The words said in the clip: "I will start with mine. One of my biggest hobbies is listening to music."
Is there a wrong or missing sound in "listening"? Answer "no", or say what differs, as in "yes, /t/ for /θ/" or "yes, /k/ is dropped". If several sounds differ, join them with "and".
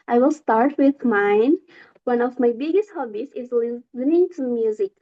yes, /s/ is dropped